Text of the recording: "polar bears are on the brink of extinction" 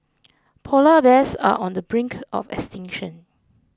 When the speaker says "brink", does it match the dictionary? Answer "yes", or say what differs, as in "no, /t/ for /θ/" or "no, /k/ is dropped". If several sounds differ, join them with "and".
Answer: yes